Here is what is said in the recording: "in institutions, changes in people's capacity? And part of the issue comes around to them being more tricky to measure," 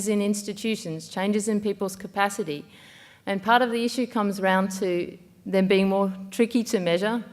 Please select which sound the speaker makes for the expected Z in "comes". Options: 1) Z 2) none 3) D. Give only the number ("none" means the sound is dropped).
1